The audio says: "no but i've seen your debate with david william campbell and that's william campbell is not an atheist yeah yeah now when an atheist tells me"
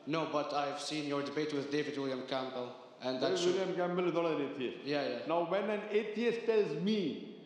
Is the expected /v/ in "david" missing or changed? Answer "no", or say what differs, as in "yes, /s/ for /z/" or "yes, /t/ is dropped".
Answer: no